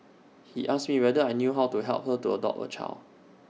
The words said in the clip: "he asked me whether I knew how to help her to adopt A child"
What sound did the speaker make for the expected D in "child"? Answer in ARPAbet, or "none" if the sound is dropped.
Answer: none